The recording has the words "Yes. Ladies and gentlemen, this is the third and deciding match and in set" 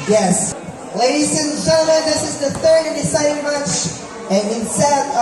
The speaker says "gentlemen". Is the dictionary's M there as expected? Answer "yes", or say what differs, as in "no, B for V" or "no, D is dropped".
no, M is dropped